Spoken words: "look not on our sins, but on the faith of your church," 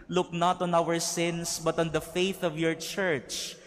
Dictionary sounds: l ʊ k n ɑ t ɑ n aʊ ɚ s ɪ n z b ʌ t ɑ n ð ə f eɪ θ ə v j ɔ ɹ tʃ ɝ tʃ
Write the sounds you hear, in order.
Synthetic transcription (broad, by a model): l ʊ k n ɑ t ɑ n aʊ ɚ s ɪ n s b ʌ t ɑ n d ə f eɪ θ ə v j ɔ ɹ tʃ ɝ tʃ